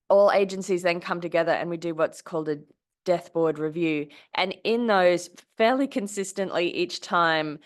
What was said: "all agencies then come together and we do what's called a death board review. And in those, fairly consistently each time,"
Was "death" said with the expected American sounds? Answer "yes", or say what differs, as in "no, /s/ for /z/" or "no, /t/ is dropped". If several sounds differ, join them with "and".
yes